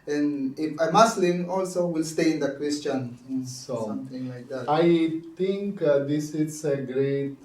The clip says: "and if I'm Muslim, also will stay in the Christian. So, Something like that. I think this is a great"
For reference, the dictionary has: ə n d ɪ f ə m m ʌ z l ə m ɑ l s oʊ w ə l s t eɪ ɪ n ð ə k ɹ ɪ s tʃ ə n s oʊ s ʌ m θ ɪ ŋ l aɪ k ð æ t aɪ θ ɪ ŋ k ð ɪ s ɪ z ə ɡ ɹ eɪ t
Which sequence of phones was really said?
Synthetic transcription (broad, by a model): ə n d ɪ f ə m m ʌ s l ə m ɑ l s oʊ w ə l s t eɪ ɪ n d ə k w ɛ s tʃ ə n s oʊ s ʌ m t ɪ ŋ l aɪ k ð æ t aɪ t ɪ ŋ k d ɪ s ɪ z ə ɡ ɹ eɪ t